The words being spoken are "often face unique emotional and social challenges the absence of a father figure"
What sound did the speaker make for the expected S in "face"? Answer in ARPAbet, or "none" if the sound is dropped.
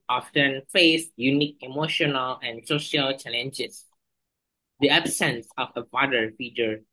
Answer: S